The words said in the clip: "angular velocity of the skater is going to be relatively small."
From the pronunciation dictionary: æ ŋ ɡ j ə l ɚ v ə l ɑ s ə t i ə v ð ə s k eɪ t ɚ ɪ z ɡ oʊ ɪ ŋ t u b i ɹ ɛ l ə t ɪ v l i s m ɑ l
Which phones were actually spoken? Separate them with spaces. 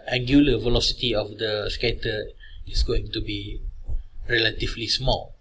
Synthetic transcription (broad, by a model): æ ŋ ɡ j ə l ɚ v ə l ɑ s ə t i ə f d ə s k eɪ t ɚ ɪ s ɡ oʊ ɪ ŋ t u b i ɹ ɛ l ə t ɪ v l i s m ɑ l